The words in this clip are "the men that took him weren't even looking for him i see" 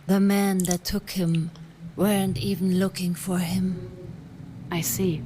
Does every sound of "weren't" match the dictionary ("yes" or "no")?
yes